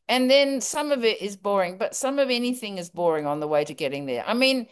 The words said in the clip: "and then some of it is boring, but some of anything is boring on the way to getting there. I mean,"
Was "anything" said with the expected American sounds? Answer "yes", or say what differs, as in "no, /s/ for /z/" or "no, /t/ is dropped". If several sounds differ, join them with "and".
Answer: yes